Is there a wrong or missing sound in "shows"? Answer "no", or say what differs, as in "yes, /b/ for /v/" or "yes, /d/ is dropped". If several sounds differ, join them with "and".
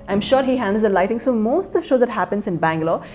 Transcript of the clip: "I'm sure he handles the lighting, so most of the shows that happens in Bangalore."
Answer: no